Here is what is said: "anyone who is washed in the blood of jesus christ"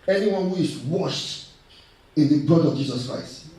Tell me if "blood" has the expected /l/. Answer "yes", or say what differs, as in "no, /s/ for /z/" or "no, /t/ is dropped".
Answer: no, /l/ is dropped